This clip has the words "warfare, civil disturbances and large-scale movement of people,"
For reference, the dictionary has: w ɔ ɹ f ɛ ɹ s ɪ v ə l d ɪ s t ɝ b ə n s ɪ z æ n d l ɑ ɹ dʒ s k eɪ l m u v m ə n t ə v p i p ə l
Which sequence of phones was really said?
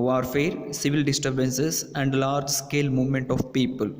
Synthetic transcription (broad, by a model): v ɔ ɹ f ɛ ɹ s ɪ v ə l d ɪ s t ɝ b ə n s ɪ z æ n d l ɑ ɹ dʒ s k eɪ l m u v m ə n t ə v p i p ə l